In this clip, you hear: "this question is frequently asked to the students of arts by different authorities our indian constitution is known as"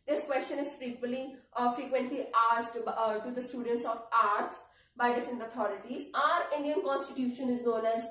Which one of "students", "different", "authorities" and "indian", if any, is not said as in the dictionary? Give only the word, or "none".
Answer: authorities